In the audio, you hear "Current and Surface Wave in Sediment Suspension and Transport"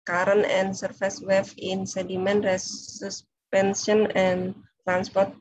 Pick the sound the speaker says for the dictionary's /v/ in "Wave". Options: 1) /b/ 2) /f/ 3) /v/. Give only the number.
2